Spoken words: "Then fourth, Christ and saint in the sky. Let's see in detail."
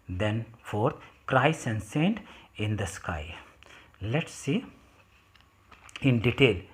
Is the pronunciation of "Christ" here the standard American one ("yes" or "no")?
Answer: no